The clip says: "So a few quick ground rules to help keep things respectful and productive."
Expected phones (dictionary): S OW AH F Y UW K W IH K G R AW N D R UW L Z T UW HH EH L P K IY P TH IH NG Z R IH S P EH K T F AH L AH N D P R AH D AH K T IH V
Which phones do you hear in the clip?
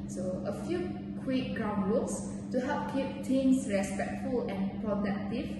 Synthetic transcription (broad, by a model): S OW AH F Y UW K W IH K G R AW N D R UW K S T UW HH EH L P K IY P T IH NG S R IH S P EH K T F AH L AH N P R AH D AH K T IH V